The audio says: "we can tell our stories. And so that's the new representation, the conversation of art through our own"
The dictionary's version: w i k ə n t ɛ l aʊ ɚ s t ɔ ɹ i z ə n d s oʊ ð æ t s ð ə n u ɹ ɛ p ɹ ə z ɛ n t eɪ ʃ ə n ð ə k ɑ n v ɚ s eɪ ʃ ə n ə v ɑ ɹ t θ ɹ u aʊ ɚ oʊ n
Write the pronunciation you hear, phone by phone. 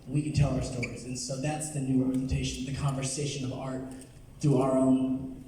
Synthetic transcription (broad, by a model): w i k ə n t ɛ l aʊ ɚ s t ɔ ɹ i z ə n s oʊ ð æ t s ð ə n u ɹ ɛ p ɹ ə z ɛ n t eɪ ʃ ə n ð ə k ɑ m v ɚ s eɪ ʃ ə n ə v ɑ ɹ t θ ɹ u aʊ ɚ oʊ n